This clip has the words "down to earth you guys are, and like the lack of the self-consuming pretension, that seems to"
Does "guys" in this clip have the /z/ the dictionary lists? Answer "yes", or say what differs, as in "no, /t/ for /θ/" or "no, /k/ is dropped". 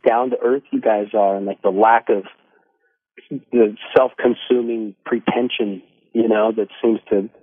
yes